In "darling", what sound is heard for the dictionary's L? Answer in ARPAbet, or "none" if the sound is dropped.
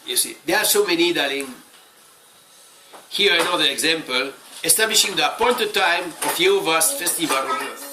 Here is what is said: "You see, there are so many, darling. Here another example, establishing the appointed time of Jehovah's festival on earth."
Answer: none